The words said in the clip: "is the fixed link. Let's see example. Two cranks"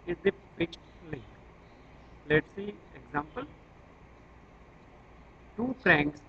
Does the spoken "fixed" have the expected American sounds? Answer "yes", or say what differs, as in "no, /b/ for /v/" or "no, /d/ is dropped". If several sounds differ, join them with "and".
no, /p/ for /f/ and /s/ is dropped